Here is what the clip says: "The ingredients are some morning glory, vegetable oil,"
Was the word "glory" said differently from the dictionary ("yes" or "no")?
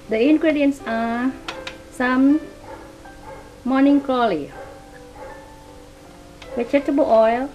yes